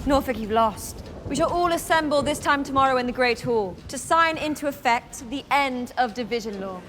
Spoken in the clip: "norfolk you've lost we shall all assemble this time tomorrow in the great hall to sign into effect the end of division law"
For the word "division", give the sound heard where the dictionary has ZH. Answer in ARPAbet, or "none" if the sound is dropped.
ZH